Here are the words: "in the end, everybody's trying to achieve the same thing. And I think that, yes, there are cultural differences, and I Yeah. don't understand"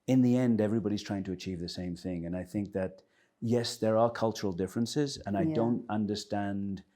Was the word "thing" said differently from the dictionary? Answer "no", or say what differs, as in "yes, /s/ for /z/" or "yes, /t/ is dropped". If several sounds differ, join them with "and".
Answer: no